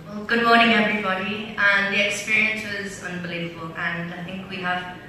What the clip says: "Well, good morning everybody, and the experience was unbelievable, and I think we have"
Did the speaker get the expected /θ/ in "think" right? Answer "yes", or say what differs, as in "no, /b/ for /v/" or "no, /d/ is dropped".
yes